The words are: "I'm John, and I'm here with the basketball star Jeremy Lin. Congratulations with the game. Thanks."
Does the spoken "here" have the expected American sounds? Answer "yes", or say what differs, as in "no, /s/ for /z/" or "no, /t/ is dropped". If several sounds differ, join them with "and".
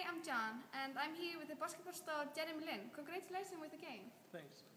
yes